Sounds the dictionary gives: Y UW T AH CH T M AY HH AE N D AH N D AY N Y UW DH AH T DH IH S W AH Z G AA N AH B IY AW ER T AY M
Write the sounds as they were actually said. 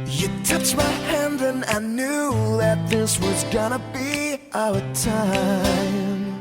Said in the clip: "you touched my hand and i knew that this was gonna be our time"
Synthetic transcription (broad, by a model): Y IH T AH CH M AY HH AE N D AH N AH N Y UW DH AH T DH IH S W AH Z G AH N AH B IY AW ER T AY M